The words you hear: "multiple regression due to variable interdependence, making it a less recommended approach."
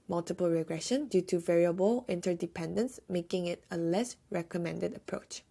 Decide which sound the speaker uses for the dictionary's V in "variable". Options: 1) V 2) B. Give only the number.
1